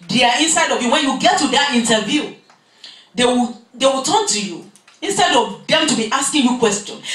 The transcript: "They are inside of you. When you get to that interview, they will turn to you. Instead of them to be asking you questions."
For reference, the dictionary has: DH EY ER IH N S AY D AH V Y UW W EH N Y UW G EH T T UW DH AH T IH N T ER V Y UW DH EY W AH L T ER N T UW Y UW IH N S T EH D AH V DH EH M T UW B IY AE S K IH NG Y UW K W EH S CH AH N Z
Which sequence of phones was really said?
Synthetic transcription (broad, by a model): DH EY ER IH N S AY D AH V Y UW W EH N Y UW G EH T T UW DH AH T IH N T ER V Y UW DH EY W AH W T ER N T UW Y UW IH N S T EH D AH V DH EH M T UW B IY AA S K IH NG Y UW K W EH S CH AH N